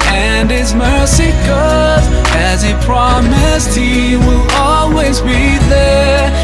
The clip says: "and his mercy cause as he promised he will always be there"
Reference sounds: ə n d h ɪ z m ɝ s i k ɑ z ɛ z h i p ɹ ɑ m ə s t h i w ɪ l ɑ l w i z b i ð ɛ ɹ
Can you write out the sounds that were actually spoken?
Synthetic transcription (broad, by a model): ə n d ɪ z m ɝ s i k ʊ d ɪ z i p ɹ ɑ m ə s t h i w ɪ l ɑ l w i z b i ð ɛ ɹ